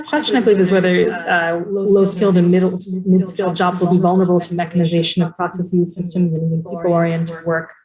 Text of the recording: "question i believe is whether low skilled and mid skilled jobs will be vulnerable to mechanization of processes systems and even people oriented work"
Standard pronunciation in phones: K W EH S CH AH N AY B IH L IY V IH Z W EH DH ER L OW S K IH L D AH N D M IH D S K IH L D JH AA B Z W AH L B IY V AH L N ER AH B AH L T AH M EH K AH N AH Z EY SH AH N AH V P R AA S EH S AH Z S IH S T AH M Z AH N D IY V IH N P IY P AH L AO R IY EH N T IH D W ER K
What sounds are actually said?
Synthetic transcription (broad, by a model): K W EH S CH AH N AY B IH L IY V IH Z W EH DH ER L OW S K IH L D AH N D M IH D S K IH L D JH AA B Z W AH L B IY V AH L N ER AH B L T AH M EH K AH N AH Z EY SH AH N AH V P R AA S EH S AH Z S IH S T AH M Z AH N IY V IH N P IY P L AO R IY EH N T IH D W ER K